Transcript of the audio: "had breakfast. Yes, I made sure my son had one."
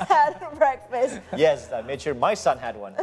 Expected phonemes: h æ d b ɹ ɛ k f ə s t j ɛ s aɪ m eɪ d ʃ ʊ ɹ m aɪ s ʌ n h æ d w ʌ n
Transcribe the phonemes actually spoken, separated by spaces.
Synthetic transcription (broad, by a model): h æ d b ɹ ɛ k f ə s t j ɛ s aɪ m eɪ d ʃ ʊ ɹ m aɪ s ʌ n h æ d w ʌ n